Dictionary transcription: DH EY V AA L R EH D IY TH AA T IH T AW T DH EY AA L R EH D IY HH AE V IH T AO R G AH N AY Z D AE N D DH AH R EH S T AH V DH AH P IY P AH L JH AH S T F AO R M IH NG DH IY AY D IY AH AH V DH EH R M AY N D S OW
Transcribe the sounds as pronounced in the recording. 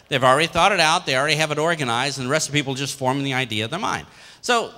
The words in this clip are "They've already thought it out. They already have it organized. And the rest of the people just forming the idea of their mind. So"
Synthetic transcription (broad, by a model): DH EY V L R EH D IY TH AA T IH T AW T DH EY AA L R EH D IY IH V IH T AO R G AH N AY Z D N DH AH R EH S T AH V P IY P L JH AH S T F AO R M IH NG DH IY AY D IY AH AH V DH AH R M AY N D S OW